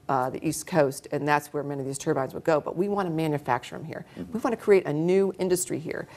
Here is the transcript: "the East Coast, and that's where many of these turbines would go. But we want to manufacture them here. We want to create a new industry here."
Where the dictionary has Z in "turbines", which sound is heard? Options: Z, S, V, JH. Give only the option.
Z